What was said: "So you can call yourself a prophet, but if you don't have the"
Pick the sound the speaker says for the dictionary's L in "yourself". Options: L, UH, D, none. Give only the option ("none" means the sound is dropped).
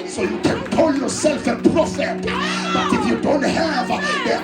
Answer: L